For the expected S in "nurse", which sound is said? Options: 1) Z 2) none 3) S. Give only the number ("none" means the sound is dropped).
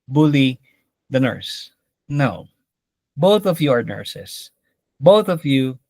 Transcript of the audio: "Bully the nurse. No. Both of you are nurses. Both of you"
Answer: 3